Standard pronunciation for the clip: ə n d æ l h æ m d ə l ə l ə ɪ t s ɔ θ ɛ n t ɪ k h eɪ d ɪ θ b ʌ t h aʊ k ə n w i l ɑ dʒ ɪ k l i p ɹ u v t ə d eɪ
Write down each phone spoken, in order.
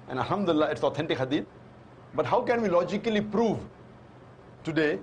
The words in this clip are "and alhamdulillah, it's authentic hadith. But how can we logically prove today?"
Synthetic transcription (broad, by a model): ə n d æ l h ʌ m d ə ə l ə ɪ t s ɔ t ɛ n t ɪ k h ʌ d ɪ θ b ʌ t h aʊ k ə n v i l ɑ dʒ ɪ k l i p ɹ u v t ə d eɪ